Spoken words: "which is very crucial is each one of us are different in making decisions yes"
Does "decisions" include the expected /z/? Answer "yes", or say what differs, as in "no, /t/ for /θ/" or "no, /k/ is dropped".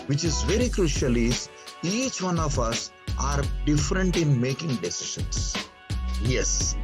no, /s/ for /z/